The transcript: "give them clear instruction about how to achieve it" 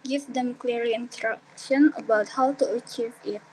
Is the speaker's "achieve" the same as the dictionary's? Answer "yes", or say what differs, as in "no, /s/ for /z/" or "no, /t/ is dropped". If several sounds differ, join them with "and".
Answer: yes